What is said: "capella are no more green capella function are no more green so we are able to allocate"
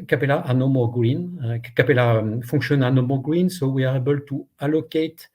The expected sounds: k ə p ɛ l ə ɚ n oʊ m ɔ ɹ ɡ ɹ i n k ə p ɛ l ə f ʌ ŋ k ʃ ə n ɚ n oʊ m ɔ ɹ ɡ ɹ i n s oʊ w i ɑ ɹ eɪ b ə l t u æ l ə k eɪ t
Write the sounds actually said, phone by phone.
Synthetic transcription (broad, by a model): k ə p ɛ l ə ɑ n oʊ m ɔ ɡ ɹ i n k ə p ɛ l ə f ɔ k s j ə n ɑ n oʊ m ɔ ɡ ɹ i n s oʊ w i ɑ ɹ eɪ b ə l t u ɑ l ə k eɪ t